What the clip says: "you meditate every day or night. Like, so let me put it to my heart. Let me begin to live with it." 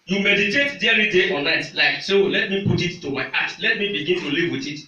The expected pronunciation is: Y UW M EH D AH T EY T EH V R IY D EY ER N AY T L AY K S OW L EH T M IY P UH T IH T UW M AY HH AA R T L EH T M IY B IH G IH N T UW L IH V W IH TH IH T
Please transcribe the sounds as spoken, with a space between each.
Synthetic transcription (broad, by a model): Y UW M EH D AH T EY T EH R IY D EY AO N AY T L AY K S OW L EH T M IY P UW T IH T UW M AY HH AA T L EH T M IY B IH G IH N T UW L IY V W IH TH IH T